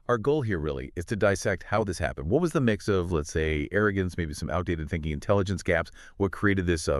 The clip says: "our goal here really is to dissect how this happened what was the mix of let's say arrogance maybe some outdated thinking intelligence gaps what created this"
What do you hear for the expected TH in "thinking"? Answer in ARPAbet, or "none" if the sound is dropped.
TH